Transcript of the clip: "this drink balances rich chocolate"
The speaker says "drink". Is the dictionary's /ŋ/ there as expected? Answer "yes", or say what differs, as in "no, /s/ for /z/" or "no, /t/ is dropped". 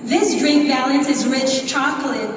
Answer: no, /ŋ/ is dropped